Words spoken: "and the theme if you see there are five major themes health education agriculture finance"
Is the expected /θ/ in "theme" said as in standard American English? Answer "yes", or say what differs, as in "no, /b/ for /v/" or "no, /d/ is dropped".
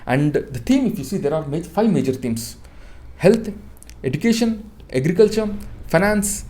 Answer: no, /t/ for /θ/